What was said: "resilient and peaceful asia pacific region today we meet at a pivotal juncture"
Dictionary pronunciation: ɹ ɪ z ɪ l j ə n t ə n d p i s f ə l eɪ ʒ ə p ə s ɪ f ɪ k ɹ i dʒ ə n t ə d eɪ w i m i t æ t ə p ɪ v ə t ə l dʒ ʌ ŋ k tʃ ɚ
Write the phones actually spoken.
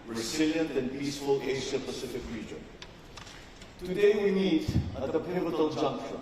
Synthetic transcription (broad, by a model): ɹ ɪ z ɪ l j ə n t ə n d p i s f ə l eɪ s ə p ə s ɪ f ɪ k ɹ i dʒ ə n t ə d eɪ w i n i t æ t ə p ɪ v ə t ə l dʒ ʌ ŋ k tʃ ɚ